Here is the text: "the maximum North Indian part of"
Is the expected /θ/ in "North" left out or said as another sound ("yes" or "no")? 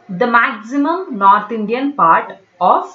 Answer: yes